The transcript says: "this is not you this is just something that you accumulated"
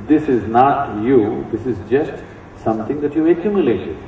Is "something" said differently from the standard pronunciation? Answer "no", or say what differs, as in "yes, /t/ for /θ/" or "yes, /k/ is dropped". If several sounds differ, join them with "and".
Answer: yes, /t/ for /θ/